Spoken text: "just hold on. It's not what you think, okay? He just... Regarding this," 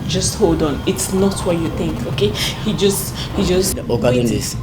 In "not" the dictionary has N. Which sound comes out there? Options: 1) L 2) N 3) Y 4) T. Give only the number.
2